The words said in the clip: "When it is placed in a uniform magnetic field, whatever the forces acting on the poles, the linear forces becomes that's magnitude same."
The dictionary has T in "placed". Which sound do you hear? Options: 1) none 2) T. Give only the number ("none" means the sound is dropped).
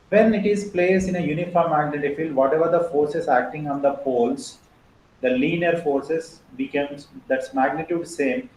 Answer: 1